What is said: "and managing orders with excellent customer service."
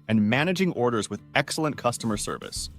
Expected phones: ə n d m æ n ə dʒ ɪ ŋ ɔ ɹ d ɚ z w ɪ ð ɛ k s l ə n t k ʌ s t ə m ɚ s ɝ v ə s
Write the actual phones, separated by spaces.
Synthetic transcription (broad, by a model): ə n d m æ n ə dʒ ɪ ŋ ɔ ɹ d ɚ z w ɪ ð ɛ k s l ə n k ʌ s t ə m ɚ s ɝ v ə s